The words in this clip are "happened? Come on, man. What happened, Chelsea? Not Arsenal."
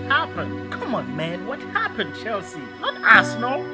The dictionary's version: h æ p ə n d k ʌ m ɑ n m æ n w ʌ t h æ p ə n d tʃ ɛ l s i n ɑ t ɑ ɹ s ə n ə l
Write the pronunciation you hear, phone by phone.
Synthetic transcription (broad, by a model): h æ p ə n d k ʌ m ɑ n m æ n w ʌ t h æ p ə n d tʃ ɛ l s i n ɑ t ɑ s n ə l